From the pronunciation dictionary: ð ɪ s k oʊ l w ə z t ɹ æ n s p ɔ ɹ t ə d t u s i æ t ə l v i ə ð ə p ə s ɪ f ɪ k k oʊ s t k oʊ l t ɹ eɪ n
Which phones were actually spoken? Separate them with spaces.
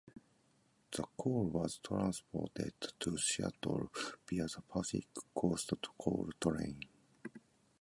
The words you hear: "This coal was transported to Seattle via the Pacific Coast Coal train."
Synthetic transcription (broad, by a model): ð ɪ k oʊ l w ə z t ɹ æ n s p ɔ t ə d t u ʃ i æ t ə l b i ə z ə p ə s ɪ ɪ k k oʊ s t k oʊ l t ɹ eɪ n